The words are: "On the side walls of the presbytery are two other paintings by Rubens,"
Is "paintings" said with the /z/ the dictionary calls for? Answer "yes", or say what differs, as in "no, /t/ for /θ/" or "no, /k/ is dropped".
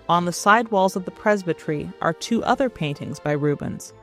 yes